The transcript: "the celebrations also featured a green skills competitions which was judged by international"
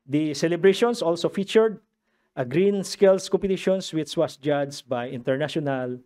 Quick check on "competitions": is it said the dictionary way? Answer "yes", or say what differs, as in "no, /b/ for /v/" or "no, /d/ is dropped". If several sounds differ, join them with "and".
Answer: no, /s/ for /z/